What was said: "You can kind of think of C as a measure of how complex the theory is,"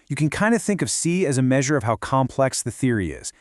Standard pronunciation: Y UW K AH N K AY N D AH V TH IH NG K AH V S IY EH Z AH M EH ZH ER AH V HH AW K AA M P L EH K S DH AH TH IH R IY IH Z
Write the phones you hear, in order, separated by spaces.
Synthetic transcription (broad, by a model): Y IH K AH N K AY N D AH TH IH NG K AH V S IY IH Z AH M EH ZH ER AH V HH AW K AA M P L EH K S DH AH TH IH R IY IH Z